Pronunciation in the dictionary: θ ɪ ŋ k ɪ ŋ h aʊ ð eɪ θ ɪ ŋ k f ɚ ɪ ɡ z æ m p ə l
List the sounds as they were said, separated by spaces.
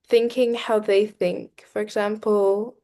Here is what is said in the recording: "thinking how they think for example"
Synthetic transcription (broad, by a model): θ ɪ ŋ k ɪ ŋ h aʊ ð eɪ θ ɪ ŋ k f ɚ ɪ ɡ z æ m p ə l